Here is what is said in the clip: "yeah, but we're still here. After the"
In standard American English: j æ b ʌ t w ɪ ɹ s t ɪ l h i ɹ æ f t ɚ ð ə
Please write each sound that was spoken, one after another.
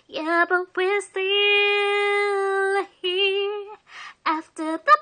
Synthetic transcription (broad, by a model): j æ b ʌ t w ɪ ɹ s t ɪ l h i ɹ æ f t ɚ ð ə